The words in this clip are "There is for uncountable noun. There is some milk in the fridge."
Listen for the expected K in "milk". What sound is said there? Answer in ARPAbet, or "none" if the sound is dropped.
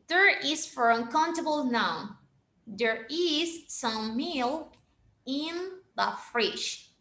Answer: none